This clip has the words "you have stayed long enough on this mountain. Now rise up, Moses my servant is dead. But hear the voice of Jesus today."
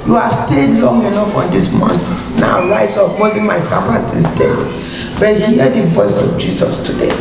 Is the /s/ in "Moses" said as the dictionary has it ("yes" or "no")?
no